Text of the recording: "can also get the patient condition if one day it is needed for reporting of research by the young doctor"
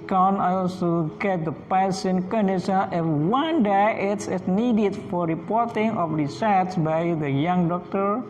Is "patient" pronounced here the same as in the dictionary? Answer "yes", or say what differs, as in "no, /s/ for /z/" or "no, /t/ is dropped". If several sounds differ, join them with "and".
no, /s/ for /ʃ/